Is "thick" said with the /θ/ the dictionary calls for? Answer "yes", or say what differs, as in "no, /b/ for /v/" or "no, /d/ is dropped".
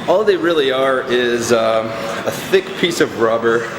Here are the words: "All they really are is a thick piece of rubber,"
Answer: yes